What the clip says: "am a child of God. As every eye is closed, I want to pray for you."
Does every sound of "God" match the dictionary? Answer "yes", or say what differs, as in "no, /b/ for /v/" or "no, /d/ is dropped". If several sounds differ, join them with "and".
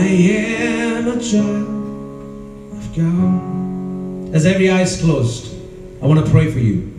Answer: no, /d/ is dropped